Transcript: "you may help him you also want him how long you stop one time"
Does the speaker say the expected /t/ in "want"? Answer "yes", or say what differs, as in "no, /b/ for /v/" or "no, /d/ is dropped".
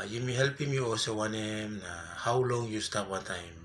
no, /t/ is dropped